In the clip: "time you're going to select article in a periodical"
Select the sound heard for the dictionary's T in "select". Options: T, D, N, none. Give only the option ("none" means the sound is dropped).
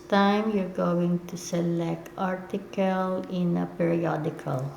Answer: T